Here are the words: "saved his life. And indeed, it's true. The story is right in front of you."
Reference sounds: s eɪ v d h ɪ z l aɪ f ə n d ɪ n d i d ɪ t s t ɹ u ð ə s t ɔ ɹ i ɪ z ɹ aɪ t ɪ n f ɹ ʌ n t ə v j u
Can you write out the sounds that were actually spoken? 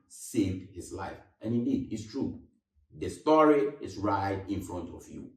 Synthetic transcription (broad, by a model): s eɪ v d h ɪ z l aɪ f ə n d ɪ n d i d ɪ t s t ɹ u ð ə s t ɔ ɹ i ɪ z ɹ aɪ t ɪ n f ɹ ʌ n t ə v j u